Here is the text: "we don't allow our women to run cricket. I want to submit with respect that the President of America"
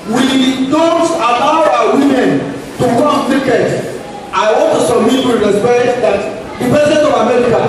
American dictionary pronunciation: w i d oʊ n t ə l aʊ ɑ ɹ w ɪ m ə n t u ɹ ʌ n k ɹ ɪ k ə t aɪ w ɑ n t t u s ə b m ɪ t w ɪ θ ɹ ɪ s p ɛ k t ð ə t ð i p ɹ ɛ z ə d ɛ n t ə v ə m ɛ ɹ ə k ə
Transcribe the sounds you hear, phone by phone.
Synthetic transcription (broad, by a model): w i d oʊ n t ə l aʊ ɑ w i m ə n t u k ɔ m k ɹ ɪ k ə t aɪ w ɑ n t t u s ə m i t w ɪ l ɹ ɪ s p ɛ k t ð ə t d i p ɛ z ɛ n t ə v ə m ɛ ɹ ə k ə